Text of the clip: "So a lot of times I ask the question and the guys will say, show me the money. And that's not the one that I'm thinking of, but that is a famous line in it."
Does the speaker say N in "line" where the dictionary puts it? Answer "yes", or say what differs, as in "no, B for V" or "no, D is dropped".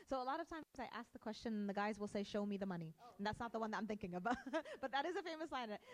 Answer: no, N is dropped